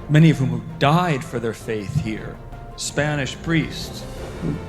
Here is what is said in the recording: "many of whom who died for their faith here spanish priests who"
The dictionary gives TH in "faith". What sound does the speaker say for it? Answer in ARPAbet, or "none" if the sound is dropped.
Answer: TH